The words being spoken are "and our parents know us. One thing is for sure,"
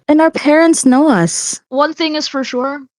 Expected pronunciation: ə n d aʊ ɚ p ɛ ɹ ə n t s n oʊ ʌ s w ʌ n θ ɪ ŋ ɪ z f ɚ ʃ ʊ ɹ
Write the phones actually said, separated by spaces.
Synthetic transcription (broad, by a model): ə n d aʊ ɚ p ɛ ɹ ə n t s n oʊ ʌ s w ʌ n θ ɪ ŋ ɪ z f ɚ ʃ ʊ ɹ